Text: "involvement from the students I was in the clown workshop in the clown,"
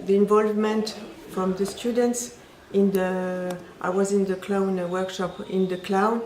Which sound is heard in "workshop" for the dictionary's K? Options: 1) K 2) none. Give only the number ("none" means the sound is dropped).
1